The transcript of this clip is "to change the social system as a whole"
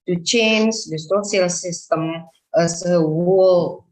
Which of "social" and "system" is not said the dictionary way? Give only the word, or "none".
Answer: social